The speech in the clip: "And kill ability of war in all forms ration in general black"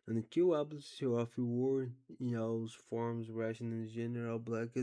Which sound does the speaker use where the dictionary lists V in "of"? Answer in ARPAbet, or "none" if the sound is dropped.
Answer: F